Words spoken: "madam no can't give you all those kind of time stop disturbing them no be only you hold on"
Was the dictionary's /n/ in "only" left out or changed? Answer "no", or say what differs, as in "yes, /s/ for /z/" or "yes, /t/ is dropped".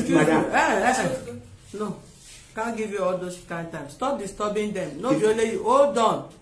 yes, /n/ is dropped